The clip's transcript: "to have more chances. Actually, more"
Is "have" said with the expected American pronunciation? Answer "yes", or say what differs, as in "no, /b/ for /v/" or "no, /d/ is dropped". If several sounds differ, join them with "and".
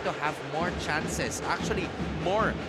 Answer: yes